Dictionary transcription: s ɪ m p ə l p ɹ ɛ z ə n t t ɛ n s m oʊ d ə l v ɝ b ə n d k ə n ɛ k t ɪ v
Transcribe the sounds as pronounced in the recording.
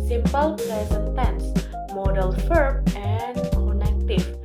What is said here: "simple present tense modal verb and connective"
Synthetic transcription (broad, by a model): s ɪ m p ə l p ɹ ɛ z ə n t t ɛ n s m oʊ d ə l f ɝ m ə n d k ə n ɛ k t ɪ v